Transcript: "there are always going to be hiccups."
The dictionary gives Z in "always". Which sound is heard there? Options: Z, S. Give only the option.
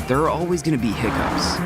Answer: Z